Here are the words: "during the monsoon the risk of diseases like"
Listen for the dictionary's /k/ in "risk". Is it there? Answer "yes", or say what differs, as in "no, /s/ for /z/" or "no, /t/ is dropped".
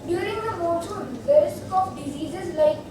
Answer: no, /k/ is dropped